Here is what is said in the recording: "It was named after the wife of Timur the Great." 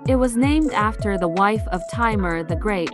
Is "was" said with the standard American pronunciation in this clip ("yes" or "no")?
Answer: yes